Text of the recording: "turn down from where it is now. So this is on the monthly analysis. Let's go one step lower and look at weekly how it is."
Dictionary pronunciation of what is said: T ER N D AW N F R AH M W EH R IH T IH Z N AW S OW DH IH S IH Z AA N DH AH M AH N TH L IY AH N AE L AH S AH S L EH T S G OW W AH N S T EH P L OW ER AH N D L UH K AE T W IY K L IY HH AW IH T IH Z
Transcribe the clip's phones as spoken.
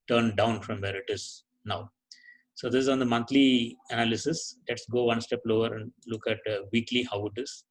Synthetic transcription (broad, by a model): T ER N D AW N F R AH M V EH R IH T IH Z N AW S OW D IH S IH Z AA N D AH M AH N T L IY AH N AE L AH S AH S L EH T S G OW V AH N S T EH P L OW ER AH N D L UH K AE T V IY K L IY HH AW IH T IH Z